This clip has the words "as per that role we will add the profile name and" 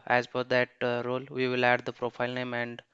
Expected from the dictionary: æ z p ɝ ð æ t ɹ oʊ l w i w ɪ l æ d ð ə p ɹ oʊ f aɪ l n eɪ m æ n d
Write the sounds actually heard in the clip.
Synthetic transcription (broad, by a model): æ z f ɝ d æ t ɹ oʊ l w i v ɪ l æ d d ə p ɹ oʊ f aɪ l n eɪ m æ n d